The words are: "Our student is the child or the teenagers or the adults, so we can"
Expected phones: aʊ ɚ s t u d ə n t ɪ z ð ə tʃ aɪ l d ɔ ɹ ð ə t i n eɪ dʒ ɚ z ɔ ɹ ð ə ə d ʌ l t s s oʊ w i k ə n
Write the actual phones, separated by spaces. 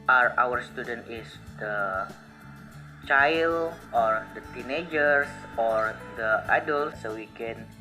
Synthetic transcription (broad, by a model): aʊ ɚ s t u d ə n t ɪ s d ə tʃ aɪ l ɔ ɹ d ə t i n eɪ dʒ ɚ s ɔ ɹ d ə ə d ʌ l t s s oʊ w i k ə n